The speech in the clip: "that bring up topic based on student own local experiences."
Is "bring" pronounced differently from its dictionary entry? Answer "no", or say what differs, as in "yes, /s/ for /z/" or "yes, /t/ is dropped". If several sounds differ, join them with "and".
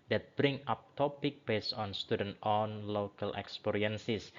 no